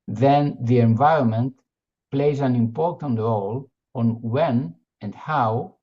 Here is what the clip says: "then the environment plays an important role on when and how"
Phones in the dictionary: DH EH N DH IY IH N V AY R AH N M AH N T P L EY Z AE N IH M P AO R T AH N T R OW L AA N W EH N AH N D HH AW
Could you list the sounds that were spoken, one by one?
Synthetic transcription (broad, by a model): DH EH N DH IY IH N V AY R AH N M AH N T P L EY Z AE N IH M P AO R T AH N T R OW L AA N W EH N AH N D HH AW